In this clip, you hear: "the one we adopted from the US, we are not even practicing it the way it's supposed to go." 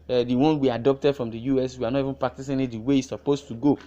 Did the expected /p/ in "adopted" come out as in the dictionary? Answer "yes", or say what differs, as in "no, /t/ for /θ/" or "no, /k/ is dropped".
yes